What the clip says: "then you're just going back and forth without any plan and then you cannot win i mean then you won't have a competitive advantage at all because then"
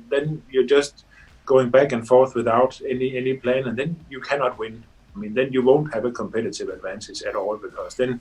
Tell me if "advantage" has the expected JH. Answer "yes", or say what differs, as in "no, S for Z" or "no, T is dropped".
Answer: no, Z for JH